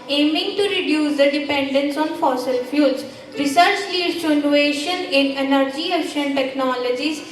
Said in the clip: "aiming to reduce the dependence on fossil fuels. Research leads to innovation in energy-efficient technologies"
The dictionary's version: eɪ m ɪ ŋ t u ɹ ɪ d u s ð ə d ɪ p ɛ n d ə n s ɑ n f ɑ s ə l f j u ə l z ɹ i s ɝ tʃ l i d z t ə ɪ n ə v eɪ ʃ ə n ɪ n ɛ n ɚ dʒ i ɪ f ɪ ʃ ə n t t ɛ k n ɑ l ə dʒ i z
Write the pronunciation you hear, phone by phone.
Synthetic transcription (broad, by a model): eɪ m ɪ ŋ t u ɹ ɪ d u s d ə d ɪ p ɛ n d ə n s ɑ n f ɑ s ə l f j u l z ɹ i s ɝ tʃ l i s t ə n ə eɪ ʃ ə n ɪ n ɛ n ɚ dʒ i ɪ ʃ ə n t t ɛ k n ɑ l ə dʒ i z